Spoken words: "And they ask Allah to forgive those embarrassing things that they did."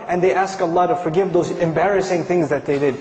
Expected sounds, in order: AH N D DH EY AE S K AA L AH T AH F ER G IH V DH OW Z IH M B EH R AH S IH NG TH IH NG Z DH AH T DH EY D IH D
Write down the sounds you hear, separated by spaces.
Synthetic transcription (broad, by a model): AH N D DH EY AE S K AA L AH T AH F ER G IH V DH OW Z IH M B EH R AH S IH NG TH IH NG Z DH AH T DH EY D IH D